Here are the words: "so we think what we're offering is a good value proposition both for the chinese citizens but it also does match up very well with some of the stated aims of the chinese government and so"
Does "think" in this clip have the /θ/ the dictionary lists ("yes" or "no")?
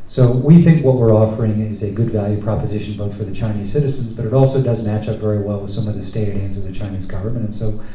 yes